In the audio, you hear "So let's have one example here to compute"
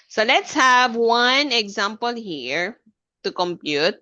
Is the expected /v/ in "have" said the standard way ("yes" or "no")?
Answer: yes